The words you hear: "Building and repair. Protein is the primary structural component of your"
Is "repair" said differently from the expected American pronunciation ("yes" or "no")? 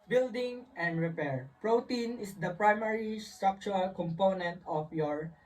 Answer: no